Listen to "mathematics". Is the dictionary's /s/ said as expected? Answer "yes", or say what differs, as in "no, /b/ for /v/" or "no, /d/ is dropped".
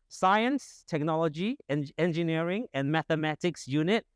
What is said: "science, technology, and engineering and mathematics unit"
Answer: yes